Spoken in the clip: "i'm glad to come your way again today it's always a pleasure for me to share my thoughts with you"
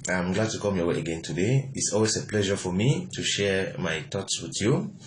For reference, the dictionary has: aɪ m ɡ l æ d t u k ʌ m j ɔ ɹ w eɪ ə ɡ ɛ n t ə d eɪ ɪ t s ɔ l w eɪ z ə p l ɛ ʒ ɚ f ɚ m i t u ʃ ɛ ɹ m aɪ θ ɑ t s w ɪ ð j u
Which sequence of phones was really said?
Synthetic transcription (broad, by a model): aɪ m ɡ l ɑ d t u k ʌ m j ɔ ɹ w eɪ ə ɡ ɛ n t ə d eɪ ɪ t s ɔ l w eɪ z ə p l ɛ ʒ ɚ f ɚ m i t u ʃ ɛ ɹ m aɪ t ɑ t s w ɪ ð j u